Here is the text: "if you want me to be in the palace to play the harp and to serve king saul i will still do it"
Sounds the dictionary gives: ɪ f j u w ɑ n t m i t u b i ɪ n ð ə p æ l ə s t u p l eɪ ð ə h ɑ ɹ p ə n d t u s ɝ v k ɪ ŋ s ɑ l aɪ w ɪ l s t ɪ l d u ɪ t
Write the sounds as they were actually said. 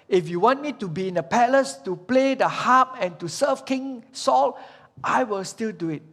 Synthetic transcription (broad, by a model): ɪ f j u w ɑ n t m i t u b i ɪ n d ə p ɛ l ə s t u p l eɪ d ə h ɑ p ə n t u s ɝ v k ɪ ŋ s ɑ l aɪ w ɪ l s t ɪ l d u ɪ t